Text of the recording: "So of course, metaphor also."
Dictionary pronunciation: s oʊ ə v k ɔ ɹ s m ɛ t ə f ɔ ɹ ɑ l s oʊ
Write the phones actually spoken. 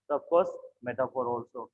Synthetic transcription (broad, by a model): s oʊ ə b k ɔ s m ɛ t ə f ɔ ɹ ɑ l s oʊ